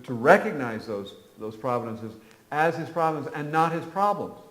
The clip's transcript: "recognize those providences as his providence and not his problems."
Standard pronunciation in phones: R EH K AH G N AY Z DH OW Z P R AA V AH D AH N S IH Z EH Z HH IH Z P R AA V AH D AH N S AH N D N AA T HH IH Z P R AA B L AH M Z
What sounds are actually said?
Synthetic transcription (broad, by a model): R EH K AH G N AY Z DH OW Z P R AA V AH D AH N S IH Z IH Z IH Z P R AA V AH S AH N AH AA T HH IH Z P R AA B L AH M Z